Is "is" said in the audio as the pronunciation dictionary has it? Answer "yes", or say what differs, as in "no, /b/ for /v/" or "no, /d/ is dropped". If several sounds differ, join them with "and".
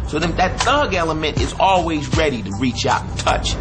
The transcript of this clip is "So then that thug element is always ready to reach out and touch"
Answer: yes